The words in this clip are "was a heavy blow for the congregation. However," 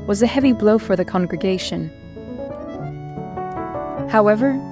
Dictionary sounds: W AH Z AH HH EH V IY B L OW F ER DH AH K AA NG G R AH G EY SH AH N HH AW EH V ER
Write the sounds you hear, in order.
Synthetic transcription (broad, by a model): W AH Z AH HH EH V IY B L OW F ER DH AH K AA NG G R AH G EY SH AH N HH AW EH V ER